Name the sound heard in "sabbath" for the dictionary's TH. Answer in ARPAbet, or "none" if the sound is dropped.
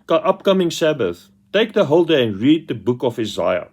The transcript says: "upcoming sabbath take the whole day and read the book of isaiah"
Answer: TH